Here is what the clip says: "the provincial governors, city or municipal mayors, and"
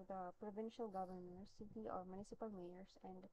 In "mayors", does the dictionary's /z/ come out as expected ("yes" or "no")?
no